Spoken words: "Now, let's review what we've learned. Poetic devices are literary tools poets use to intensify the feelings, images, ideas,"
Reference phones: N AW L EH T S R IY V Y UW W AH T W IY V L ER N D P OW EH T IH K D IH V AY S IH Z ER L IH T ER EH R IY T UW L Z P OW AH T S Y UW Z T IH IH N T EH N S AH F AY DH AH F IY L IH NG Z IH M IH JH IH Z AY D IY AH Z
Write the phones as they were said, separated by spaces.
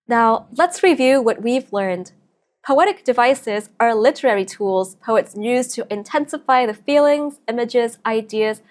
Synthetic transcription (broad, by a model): N AW L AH T S R IY V Y UW W AH T W IY V L ER N D P OW EH T IH K D IH V AY S IH Z ER L IH T ER EH R IY T UW L Z P OW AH T S Y UW Z T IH IH N T EH N S AH F AY DH AH F IY L IH NG Z IH M IH JH IH Z AY D IY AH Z